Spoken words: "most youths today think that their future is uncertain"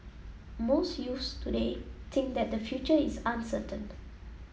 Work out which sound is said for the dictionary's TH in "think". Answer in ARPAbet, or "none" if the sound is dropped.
T